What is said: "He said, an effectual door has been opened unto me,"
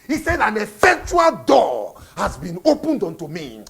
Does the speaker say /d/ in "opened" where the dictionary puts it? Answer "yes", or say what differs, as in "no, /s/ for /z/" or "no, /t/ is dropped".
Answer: yes